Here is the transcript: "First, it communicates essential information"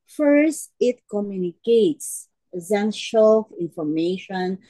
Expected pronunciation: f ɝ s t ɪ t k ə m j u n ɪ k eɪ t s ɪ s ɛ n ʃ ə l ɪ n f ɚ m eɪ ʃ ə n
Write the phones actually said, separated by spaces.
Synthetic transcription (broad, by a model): f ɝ s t ɪ t k ə m j u n ɪ k eɪ t s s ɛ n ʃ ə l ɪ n f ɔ m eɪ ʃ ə n